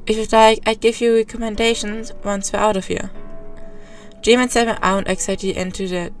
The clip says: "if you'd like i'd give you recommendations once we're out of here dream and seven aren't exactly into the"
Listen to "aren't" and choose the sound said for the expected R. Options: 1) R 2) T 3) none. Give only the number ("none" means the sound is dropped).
3